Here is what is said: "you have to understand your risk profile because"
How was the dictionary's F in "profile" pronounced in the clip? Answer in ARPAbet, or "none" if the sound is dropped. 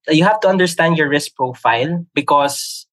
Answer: F